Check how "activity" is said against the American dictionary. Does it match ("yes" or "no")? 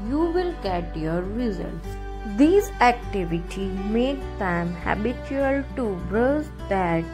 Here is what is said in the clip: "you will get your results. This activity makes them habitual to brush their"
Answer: yes